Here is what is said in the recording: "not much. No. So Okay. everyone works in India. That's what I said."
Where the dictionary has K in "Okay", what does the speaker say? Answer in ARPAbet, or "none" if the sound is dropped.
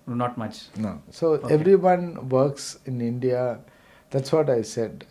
none